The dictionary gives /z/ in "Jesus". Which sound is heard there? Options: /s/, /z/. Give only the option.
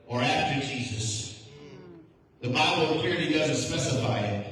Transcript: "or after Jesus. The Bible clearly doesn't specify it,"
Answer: /z/